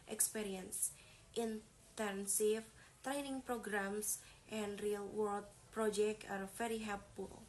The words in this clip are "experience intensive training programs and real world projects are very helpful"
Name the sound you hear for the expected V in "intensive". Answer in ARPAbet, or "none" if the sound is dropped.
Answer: F